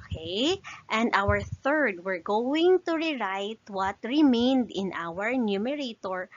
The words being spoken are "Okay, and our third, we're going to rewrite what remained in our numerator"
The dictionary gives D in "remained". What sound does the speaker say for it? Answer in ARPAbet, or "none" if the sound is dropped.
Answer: D